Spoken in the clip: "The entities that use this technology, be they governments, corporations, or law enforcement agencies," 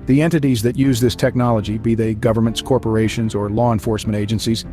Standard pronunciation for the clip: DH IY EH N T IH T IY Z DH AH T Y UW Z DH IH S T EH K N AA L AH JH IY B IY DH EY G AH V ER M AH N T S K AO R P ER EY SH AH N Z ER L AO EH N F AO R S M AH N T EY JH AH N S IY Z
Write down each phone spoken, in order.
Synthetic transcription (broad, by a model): DH IY EH N T IH T IY Z DH AH T Y UW Z DH IH S T EH K N AA L AH JH IY B IY DH EY G AH V ER M AH N T S K AO R P ER EY SH AH N Z ER L AO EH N F AO R S M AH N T EY JH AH N S IY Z